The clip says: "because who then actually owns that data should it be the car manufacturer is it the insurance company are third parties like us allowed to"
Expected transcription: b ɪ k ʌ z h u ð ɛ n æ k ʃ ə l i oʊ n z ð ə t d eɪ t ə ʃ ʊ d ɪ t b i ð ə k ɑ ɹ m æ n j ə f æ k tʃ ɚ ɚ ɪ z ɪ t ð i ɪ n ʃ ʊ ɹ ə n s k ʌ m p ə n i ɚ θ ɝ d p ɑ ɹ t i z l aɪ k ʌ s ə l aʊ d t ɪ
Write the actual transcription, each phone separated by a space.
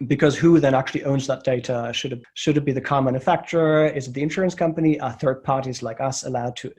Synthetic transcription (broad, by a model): b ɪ k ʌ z h u ð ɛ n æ k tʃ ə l i oʊ n z ð ə t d eɪ t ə ʃ ʊ d ɪ t b i ð ə k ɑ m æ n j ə f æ k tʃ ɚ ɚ ɪ z ɪ t ð i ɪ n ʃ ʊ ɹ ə n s k ʌ m p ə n i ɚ θ ɝ d p ɑ ɹ t i z l aɪ k ʌ s ə l aʊ d t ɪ